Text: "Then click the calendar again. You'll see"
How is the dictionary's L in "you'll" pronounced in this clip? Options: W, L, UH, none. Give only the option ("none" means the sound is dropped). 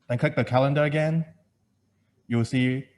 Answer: W